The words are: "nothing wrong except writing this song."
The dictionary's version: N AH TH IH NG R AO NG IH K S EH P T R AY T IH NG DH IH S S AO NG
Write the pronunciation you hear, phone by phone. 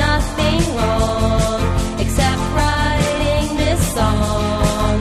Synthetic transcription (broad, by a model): AH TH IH NG L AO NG IH K S EH P T R AY T IH NG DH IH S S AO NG